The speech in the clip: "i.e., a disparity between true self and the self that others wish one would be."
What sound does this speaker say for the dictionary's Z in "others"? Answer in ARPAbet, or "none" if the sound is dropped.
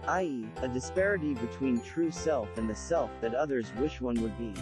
Z